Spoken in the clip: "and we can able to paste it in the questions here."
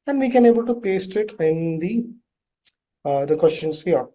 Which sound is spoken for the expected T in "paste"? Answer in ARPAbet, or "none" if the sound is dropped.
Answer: T